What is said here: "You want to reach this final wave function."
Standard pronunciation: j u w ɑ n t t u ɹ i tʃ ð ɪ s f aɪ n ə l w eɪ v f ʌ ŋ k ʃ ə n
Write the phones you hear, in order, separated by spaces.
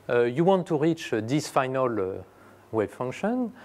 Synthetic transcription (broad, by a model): j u w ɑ n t t u ɹ i tʃ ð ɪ s f aɪ n ə l w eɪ b f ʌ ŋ k ʃ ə n